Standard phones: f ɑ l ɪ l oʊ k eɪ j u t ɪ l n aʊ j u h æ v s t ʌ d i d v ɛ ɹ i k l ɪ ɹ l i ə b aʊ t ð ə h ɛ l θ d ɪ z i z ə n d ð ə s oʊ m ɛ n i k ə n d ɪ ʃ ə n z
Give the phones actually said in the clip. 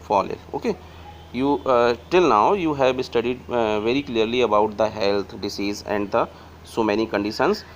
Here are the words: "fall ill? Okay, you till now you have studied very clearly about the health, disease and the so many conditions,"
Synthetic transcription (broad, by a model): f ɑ l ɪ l oʊ k eɪ j u t ɪ l n aʊ j u h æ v s t ʌ d i d v ɛ ɹ i k l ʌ ɹ l i ə b aʊ t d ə h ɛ l t d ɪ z i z ə n d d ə s oʊ m ɛ n i k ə n d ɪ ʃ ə n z